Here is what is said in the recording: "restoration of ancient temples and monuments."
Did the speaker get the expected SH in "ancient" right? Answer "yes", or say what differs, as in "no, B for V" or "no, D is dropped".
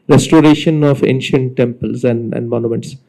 yes